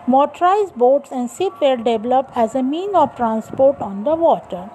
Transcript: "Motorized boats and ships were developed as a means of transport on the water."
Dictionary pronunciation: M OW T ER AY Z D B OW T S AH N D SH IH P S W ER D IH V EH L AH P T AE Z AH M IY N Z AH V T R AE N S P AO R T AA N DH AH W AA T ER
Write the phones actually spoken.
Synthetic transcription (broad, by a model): M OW T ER AY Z B OW T S AH N D S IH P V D D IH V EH L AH P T AE Z AH M IY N AH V T R AE N S P AO R T AA N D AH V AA T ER